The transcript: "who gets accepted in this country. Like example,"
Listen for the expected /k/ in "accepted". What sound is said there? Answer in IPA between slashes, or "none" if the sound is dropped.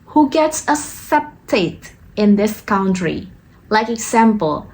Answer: none